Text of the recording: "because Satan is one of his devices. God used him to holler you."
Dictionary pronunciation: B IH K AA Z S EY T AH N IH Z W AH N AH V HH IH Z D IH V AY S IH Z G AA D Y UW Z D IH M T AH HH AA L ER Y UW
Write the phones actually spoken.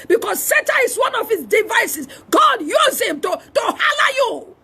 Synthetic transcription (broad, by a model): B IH K AA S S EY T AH IH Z W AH N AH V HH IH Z D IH V AY S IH S G AA D Y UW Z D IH M T AH HH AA L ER Y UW